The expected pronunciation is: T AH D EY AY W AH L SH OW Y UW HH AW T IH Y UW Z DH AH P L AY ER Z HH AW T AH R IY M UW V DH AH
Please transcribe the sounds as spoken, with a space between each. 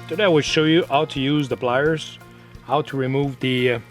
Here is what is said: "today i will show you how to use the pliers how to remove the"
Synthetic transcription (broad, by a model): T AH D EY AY W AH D SH OW Y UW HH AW T IH Y UW Z DH AH B L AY ER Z HH AW T AH R IY M UW V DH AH